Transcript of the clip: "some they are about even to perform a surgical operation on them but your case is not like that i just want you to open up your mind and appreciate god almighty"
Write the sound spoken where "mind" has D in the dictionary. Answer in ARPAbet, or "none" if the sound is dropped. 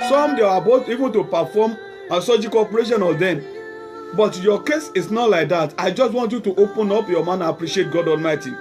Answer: none